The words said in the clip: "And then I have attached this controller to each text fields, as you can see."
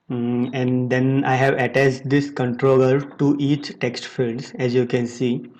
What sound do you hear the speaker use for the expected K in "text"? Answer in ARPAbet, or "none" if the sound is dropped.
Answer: K